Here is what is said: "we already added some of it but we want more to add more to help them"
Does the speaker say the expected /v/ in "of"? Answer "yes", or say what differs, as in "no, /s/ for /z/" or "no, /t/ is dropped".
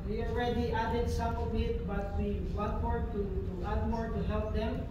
no, /b/ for /v/